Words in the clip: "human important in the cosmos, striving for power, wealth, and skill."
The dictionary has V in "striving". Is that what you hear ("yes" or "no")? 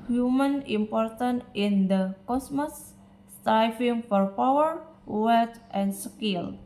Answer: no